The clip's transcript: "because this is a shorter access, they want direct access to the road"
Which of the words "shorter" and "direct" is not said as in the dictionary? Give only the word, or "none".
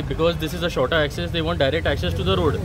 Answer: none